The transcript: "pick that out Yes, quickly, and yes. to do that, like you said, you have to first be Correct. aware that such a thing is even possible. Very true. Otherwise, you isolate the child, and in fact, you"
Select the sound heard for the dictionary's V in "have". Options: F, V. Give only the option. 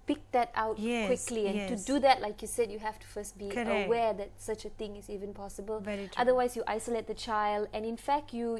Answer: F